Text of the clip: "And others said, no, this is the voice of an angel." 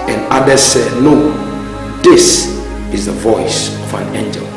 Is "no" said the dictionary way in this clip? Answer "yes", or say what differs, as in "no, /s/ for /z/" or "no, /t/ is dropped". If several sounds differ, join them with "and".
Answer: no, /l/ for /n/